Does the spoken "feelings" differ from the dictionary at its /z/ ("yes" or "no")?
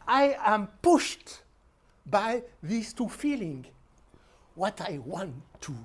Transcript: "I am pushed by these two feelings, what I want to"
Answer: yes